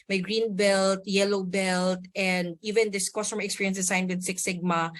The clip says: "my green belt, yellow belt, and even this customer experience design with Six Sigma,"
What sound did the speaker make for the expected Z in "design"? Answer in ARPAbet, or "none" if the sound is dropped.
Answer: S